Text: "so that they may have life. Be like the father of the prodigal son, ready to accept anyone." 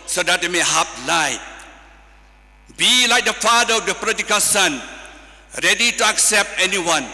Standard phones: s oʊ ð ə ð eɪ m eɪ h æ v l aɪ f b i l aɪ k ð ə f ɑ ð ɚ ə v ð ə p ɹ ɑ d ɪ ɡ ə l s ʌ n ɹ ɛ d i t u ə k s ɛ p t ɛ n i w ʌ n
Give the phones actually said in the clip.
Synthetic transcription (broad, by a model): s oʊ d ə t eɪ m eɪ h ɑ p l aɪ b i l aɪ k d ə f ɑ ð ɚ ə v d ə p ɹ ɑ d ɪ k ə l s ʌ n ɹ ɛ d i t u ə k s ɛ p t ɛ n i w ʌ n